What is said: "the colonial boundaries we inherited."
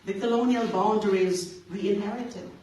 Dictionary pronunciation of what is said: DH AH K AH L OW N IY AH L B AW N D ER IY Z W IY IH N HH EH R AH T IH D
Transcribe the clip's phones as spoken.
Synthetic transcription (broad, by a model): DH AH K AH L OW N IY AH L B AW N D ER IY Z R IY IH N HH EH R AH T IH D